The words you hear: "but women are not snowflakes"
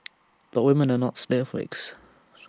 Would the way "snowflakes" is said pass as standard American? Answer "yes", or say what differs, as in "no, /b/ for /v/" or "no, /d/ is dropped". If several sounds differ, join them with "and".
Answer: no, /w/ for /l/